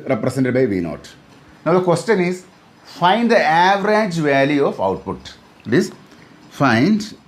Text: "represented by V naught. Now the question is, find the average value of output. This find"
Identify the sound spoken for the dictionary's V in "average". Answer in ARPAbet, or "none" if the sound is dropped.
V